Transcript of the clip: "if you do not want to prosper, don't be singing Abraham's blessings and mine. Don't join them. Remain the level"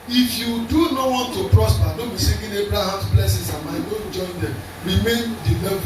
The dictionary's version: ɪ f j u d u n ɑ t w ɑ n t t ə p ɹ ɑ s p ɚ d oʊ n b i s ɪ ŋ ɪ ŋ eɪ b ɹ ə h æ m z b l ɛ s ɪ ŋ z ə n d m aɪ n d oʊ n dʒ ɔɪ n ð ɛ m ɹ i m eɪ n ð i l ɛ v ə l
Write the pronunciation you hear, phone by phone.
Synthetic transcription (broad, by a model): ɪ f j u d u n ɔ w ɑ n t t ə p ɹ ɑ s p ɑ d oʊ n b i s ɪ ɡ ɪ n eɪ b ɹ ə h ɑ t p l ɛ s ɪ z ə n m aɪ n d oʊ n dʒ ɔɪ n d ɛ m ɹ i m eɪ n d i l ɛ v